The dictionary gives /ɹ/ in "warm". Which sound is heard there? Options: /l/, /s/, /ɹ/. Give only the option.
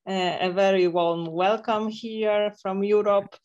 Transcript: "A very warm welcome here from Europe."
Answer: /l/